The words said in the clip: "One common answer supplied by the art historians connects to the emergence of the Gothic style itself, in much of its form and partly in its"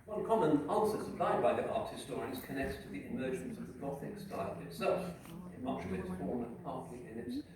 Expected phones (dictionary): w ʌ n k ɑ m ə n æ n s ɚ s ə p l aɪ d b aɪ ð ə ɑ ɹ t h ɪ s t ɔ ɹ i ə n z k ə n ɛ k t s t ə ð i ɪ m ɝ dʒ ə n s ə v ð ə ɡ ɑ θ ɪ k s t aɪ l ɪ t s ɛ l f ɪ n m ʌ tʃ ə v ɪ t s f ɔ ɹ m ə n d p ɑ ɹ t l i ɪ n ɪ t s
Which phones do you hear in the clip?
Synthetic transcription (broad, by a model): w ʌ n k ɑ m ə n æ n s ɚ s ə p l aɪ d b aɪ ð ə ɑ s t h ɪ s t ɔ ɹ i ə z k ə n ɛ k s t ə ð i ɪ m ɝ dʒ ə n s ə v ð ə ɡ ɑ θ ɪ k s t aɪ l ɪ t s ɛ l f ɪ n m ʌ tʃ ə v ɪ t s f ɔ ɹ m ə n p ɑ ɹ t l i ɪ n ɪ t s